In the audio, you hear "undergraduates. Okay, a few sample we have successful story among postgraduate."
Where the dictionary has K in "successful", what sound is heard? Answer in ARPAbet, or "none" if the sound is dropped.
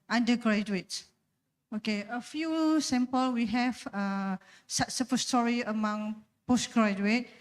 none